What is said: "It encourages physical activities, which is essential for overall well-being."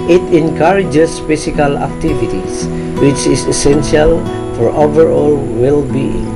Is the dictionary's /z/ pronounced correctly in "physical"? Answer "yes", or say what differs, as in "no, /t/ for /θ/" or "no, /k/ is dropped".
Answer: no, /s/ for /z/